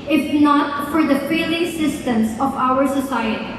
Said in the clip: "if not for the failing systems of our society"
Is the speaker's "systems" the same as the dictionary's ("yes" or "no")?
no